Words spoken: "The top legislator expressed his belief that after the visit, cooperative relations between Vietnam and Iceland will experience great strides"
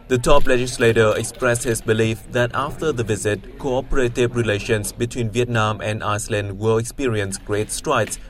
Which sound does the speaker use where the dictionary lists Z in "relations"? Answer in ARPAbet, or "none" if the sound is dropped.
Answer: S